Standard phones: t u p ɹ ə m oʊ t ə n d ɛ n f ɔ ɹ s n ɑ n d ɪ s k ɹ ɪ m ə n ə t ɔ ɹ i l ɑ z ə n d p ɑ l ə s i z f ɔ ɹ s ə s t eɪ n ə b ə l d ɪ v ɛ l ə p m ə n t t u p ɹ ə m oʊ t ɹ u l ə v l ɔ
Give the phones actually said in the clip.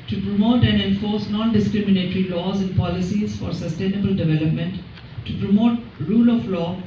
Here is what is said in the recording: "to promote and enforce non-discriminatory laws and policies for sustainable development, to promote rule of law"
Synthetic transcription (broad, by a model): t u p ɹ ə m oʊ t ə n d ɛ n f ɔ ɹ s n ɑ n d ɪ s k ɹ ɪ m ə n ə t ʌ ɹ i l ɑ z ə n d p ɑ l ə s i z f ɔ ɹ s ə s t eɪ n ə b ə l d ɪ v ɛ l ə p m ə n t t u p ɹ ə m oʊ t ɹ u l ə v l ɔ